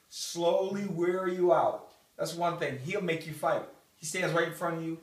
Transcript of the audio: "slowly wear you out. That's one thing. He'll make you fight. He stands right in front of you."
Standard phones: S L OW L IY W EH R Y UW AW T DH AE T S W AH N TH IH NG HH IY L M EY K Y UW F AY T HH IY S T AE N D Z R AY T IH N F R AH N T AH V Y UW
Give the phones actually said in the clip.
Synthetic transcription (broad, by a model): S L OW L IY W EH R Y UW AW T DH AE T S W AH N TH IH NG HH IY L M EY K Y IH F AY T HH IY S T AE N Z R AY IH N F R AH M Y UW